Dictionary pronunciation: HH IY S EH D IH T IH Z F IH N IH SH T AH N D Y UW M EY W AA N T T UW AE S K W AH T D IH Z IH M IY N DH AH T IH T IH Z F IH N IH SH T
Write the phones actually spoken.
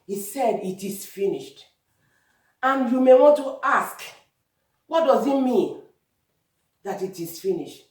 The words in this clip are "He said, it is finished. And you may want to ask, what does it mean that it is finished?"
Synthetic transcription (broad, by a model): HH IY S EH D IH T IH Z F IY N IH SH T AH N Y UW M EY W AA N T T UW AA S K W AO T D IH Z IH M IY N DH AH T IH T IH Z F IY N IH SH T